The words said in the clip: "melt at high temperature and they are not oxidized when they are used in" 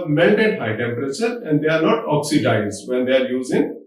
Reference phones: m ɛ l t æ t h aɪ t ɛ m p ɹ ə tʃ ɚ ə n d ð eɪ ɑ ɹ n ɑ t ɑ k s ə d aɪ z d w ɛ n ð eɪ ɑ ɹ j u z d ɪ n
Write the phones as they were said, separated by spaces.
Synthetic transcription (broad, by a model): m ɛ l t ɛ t h aɪ t ɛ m p ɹ ə tʃ ɚ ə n d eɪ ɑ ɹ n ɑ t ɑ k s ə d aɪ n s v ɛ n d eɪ ɑ ɹ j u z ɪ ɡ